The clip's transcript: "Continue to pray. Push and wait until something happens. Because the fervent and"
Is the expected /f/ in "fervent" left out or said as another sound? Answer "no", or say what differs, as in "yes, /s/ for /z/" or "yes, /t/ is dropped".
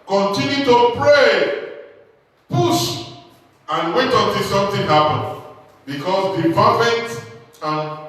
yes, /p/ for /f/